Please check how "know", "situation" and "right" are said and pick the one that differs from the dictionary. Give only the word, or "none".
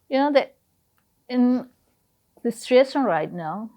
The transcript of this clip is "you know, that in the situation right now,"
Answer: situation